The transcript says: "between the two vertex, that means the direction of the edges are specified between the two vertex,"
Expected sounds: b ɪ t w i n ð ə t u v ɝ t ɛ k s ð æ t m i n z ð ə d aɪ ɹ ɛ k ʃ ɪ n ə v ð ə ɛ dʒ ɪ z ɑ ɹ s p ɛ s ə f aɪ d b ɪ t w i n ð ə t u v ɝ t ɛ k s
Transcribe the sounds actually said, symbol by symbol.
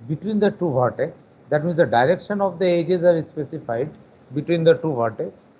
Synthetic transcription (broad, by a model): b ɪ t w i n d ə t u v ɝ t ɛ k s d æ t m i n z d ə d aɪ ɹ ɛ k ʃ ɪ n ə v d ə ɛ dʒ ɪ z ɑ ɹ s p ɛ s ə f aɪ d b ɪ t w i n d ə t u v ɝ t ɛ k s